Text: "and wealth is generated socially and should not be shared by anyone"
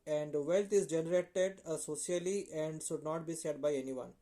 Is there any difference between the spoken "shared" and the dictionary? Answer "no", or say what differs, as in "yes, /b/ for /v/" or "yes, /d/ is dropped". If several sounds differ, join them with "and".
yes, /s/ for /ʃ/